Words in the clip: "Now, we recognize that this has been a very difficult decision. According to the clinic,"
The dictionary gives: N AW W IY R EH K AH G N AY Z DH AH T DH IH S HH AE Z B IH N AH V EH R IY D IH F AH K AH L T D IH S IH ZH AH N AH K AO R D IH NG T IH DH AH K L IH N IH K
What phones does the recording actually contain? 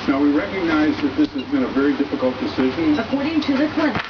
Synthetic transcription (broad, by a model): N AW W IY R EH K AH G N AY Z DH AH T DH IH S HH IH Z B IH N AH V EH R IY D IH F AH K AH L T D IH S IH ZH AH N AH K AO R D IH NG T IH DH AH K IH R